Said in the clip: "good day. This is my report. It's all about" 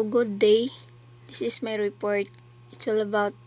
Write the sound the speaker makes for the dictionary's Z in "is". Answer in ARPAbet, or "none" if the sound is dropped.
S